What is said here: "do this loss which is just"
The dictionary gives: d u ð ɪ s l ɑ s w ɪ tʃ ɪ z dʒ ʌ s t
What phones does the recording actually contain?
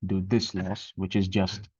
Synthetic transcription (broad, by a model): d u ð ɪ s l ɑ s w ɪ tʃ ɪ z dʒ ʌ s t